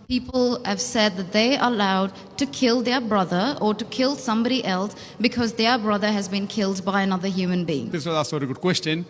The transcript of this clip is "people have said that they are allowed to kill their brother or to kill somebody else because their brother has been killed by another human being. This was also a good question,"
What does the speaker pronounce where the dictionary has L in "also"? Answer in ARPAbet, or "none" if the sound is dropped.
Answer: none